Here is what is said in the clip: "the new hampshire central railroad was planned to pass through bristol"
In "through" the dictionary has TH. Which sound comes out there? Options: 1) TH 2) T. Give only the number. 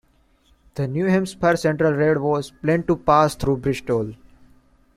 2